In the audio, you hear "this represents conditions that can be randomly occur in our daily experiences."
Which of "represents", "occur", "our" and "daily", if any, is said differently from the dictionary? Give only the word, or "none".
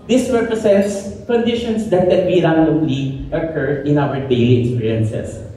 represents